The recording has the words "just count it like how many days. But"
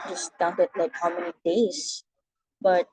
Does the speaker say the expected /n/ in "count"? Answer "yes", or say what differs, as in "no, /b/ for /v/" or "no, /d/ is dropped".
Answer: no, /n/ is dropped